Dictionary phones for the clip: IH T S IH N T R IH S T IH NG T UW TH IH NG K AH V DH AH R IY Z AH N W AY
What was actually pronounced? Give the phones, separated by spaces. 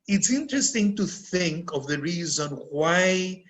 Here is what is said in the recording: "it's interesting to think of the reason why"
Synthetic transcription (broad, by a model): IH T S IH N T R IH S T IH NG T UW TH IH NG K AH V DH AH R IY Z AH N W AY